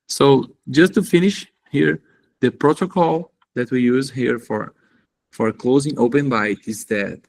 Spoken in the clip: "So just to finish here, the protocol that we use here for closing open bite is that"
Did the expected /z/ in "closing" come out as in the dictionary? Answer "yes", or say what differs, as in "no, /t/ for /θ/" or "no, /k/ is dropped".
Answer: yes